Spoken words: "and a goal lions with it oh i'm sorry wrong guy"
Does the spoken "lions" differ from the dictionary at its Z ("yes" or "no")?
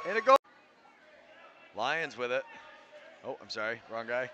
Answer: no